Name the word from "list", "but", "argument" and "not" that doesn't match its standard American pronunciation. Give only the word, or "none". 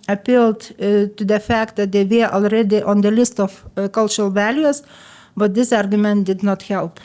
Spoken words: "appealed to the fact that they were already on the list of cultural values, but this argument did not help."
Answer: none